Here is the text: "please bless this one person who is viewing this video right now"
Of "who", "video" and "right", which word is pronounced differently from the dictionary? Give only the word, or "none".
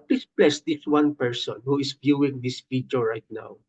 video